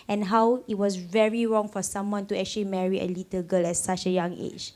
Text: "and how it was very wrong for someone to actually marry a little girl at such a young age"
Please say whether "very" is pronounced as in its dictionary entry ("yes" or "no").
yes